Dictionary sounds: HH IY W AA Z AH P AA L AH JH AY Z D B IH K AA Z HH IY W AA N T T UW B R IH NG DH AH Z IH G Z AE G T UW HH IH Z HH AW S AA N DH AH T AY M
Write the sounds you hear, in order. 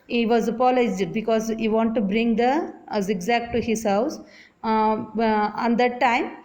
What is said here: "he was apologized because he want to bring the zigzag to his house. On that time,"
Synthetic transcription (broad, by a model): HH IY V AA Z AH P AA L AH IH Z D B IH K AA Z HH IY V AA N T T UW B R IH NG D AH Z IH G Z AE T T UW HH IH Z HH AW S AA N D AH T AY M